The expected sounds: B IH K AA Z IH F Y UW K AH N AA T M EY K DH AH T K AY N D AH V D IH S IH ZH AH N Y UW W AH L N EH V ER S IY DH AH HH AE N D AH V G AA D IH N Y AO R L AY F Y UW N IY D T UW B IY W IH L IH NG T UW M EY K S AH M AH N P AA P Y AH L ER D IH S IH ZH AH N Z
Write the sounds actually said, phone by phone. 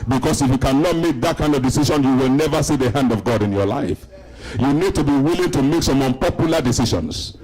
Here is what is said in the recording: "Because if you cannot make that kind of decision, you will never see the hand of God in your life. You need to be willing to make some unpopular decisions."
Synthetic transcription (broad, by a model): B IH K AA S IH F Y UW K AH N AA T M EY K DH AH T K AY N D AH V D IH S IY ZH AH N Y UW W AH L N EH V ER S IY DH AH HH AE N D AH V G AA D IH N Y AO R L AY F Y UW N IY D T UW B IY W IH L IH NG T UW M EY K S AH M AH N P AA P Y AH L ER D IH S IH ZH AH N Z